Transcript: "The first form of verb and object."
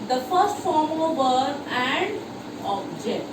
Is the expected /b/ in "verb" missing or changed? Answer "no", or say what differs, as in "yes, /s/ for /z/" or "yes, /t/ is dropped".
yes, /b/ is dropped